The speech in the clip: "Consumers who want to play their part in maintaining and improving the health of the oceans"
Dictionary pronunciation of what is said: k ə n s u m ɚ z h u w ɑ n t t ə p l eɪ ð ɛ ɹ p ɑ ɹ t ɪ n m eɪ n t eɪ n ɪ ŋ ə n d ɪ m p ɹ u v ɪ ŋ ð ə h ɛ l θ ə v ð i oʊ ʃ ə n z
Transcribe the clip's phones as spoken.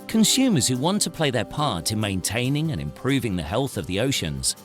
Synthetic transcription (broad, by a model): k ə n s u m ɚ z h u w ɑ n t t ə p l eɪ ð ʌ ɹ p ɑ ɹ t ɪ n m eɪ n t eɪ n ɪ ŋ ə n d ɪ m p ɹ u v ɪ ŋ ð ə h ɛ l θ ə v ð i oʊ ʃ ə n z